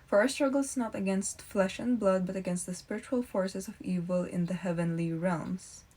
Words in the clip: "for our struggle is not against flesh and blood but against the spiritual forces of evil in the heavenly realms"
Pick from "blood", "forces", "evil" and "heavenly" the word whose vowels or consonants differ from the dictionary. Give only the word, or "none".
forces